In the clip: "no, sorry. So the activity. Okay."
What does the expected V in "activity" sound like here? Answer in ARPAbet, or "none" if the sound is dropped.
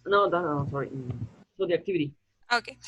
V